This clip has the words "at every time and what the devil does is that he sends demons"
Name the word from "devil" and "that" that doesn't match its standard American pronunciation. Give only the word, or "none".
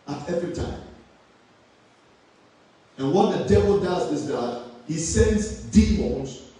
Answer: none